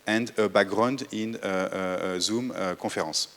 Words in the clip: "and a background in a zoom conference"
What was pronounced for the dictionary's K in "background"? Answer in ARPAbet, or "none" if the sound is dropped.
none